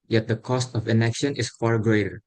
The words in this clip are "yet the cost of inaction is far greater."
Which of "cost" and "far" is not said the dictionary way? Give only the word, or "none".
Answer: none